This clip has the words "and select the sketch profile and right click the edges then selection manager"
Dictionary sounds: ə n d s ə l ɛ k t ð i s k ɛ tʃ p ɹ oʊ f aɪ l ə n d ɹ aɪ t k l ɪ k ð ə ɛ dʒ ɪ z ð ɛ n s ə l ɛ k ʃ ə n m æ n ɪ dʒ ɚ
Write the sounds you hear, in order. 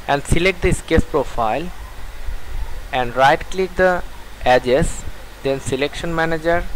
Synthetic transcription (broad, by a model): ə n d s ə l ɛ k t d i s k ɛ s p ɹ oʊ f aɪ l ə n d ɹ aɪ t k l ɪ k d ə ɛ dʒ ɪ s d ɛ n s ə l ɛ k ʃ ə n m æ n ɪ dʒ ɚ